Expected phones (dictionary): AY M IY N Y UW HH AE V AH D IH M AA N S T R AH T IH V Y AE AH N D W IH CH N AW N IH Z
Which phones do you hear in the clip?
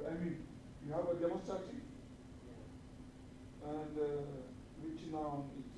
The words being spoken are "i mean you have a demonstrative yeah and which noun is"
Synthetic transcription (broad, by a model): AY M IY N Y UW HH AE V AH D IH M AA S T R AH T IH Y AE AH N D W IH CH N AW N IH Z